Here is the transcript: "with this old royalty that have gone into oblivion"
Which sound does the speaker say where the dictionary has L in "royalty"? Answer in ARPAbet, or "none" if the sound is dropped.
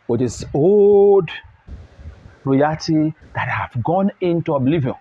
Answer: none